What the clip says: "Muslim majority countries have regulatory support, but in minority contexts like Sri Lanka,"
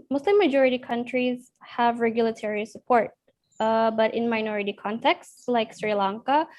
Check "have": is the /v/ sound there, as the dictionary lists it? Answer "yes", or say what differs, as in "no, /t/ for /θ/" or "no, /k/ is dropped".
yes